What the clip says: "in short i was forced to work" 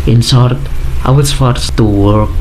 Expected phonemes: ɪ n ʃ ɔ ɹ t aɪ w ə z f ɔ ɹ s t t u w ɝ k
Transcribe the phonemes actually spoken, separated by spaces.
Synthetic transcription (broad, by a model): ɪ n s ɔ ɹ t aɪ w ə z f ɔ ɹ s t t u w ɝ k